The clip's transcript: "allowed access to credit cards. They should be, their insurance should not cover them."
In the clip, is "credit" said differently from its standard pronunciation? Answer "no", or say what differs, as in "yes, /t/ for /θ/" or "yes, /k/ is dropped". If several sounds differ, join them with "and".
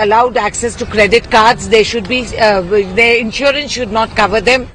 no